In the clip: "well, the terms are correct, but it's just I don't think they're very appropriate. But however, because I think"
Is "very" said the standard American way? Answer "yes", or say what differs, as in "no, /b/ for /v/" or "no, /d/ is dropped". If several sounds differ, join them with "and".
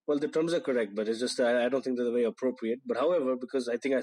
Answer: no, /ɹ/ is dropped